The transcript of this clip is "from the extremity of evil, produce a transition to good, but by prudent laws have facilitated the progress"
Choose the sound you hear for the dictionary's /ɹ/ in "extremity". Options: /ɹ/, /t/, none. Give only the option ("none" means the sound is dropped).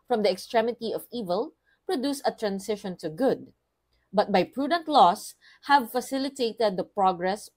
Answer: /ɹ/